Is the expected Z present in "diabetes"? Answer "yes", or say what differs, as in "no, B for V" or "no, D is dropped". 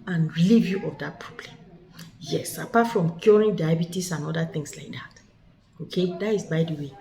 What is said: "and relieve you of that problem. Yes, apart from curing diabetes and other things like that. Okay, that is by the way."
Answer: no, S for Z